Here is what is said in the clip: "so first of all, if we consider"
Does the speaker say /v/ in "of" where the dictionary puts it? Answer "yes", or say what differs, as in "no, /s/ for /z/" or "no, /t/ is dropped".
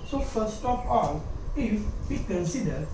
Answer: no, /p/ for /v/